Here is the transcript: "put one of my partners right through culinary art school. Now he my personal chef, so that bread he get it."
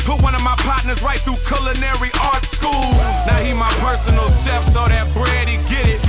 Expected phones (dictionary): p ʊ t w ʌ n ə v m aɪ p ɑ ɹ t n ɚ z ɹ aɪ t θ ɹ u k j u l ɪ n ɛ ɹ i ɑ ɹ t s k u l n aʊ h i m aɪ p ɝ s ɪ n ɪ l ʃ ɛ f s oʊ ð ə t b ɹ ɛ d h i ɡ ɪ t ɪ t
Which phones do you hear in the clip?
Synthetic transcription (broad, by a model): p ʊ w ʌ n ə v m aɪ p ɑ t n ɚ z ɹ aɪ t θ ɹ u k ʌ l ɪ n ɛ ɹ i ɑ ɹ t s k u l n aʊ h i m aɪ p ɝ s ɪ n l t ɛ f s oʊ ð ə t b ɹ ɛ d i ɡ ɪ t ɪ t